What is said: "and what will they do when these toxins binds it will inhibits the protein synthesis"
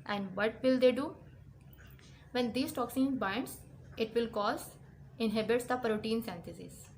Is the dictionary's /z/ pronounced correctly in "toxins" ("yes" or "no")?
no